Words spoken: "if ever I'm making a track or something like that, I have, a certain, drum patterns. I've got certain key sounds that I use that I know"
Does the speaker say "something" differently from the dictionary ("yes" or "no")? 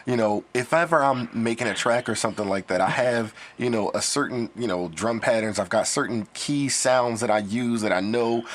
no